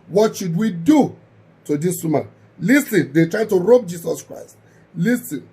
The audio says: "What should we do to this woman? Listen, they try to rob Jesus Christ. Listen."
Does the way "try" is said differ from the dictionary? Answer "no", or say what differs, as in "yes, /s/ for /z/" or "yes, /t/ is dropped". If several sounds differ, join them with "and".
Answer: no